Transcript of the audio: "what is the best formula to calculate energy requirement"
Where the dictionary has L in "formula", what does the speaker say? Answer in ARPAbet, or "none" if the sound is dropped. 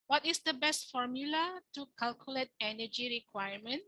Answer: L